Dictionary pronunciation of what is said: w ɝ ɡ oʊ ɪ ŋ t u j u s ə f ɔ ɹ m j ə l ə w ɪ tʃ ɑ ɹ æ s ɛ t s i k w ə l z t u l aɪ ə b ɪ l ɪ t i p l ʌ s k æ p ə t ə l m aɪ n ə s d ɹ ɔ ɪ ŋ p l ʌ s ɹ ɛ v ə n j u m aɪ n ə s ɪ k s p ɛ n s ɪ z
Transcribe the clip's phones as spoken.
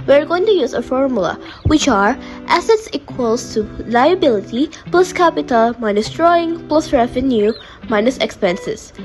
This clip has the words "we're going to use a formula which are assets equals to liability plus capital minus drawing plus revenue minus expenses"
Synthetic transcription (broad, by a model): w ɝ ɡ oʊ ɪ ŋ t u j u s ə f ɔ ɹ m j ə l ə w ɪ tʃ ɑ ɹ æ s ɛ t s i k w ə l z t u l aɪ ə b ɪ l ɪ t i p l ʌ s k æ p ə t ə l m aɪ n ə s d ɹ ɔ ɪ ŋ p l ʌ s ɹ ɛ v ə n j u m aɪ n ə s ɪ k s p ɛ n s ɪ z